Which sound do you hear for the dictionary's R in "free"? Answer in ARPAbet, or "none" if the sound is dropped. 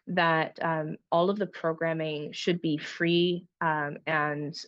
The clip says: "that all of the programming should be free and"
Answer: R